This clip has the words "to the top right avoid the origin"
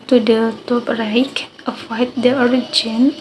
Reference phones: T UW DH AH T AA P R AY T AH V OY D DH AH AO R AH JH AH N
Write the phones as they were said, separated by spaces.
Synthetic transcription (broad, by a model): T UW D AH T AA P R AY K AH F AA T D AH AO R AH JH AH N